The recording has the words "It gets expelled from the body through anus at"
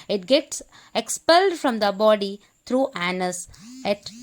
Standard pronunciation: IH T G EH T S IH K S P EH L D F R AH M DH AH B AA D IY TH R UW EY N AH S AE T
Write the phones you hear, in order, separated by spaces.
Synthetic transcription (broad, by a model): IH T G EH T S IH K S P EH L D F R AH M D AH B AA D IY T R UW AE N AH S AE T